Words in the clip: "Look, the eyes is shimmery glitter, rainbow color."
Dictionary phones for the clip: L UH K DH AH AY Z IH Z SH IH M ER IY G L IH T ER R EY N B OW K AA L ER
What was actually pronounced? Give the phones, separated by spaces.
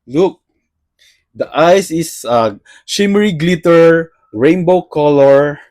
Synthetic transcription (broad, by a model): L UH K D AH AY S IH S SH IH M ER IY G L IH T ER R EY N B OW K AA L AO